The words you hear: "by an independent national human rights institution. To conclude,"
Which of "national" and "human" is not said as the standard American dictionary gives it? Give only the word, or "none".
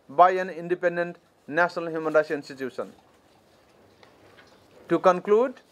national